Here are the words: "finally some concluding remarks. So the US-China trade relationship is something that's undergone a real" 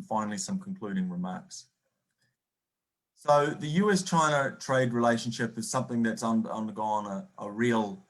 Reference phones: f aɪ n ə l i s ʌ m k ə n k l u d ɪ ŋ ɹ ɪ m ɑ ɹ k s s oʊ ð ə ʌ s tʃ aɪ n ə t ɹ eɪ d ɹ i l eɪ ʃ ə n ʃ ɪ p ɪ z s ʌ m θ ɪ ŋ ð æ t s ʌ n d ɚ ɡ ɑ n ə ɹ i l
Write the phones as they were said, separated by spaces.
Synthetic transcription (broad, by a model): f aɪ n l i s ʌ m k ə n k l u d ɪ ŋ ɹ ɪ m ɑ ɹ k s s oʊ ð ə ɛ s tʃ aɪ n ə t ɹ eɪ d ɹ i l eɪ ʃ ə n ʃ ɪ p ɪ z s ʌ m θ ɪ ŋ ð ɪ t s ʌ n d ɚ ɡ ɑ n ə ɹ i l